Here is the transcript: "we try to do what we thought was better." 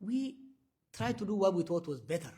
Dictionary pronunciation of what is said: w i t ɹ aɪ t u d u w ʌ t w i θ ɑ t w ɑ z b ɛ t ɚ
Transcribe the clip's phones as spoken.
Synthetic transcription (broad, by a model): w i t ɹ aɪ t u d u w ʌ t w i t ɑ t w ɑ z b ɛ t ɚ